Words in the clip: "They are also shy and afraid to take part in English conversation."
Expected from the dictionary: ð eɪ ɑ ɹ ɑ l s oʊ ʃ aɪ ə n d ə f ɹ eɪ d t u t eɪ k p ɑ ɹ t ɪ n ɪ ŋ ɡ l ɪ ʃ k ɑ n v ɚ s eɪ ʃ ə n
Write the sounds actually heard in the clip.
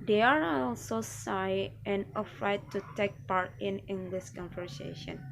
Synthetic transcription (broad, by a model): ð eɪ ɑ ɹ ɑ l s oʊ s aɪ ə n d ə f ɹ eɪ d t u t eɪ k p ɑ ɹ t ɪ n ɪ ŋ ɡ l ɪ ʃ k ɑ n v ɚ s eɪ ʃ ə n